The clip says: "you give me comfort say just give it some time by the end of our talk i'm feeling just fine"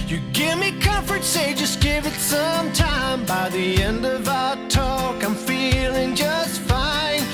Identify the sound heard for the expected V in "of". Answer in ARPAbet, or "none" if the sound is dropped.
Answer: V